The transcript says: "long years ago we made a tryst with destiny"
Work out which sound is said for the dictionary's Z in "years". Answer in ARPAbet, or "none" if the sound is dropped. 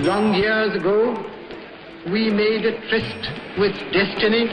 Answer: Z